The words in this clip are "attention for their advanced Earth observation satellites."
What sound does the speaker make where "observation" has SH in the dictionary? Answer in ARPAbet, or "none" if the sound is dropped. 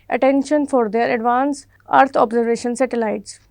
SH